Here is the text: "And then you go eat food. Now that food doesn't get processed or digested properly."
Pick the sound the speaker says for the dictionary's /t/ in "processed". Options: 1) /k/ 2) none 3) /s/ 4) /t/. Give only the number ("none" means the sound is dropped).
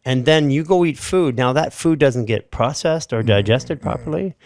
4